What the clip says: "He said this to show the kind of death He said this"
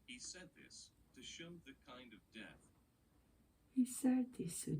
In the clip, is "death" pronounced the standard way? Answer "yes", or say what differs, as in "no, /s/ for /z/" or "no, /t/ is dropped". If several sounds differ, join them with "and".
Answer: yes